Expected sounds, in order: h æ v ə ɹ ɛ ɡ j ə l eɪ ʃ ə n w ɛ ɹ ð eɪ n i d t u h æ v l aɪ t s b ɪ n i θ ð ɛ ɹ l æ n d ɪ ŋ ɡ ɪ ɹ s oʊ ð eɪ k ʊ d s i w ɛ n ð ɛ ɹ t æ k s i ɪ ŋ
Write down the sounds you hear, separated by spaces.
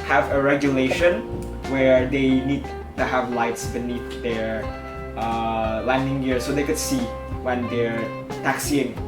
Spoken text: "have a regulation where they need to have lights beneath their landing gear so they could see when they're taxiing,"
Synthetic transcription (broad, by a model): h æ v ə ɹ ɛ ɡ j ə l eɪ ʃ ə n w ɛ ɹ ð eɪ n i d t u h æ v l aɪ t s b ɪ n i θ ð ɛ ɹ l æ n d ɪ ŋ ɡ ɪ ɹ s oʊ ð eɪ k ʊ d s i w ɛ n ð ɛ ɹ t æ k s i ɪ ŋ